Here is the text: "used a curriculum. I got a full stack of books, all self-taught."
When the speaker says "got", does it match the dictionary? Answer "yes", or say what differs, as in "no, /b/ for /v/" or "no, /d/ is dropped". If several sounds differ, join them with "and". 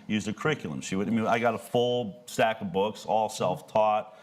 yes